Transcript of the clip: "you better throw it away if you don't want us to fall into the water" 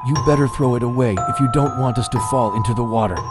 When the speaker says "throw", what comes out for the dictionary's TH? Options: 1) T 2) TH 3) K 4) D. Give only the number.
2